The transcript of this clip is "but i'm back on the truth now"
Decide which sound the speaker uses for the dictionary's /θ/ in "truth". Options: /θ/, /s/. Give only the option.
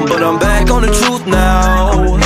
/θ/